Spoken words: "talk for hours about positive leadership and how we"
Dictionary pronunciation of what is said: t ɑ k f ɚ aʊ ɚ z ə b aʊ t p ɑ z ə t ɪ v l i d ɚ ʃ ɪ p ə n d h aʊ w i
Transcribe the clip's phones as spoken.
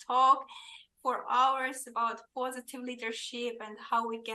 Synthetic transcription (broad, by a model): ɑ k f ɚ aʊ ɚ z ə b aʊ t p ɑ z ə t ɪ v l i d ɚ ʃ ɪ p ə n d h aʊ w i